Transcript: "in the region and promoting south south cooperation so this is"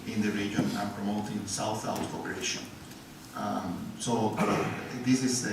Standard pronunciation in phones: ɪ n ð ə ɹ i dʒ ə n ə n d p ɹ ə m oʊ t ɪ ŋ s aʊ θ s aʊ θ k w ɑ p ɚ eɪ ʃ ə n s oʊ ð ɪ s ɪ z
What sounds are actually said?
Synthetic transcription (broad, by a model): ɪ n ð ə ɹ i dʒ ə n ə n p ɹ ə m oʊ t ɪ ŋ s aʊ θ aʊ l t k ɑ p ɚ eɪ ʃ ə n s oʊ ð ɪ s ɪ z